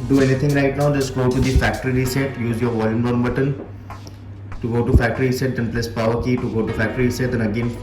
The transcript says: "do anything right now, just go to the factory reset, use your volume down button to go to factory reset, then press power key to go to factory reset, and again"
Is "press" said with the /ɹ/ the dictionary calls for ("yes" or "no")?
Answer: no